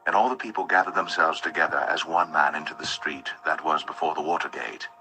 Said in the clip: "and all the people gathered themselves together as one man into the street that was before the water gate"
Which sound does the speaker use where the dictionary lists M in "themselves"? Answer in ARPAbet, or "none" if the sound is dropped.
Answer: M